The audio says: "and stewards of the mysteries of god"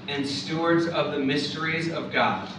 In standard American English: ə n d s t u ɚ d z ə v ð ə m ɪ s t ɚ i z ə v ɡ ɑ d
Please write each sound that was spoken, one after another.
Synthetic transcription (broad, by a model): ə n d s t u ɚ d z ə v ð ə m ɪ s t ɚ i z ə v ɡ ɑ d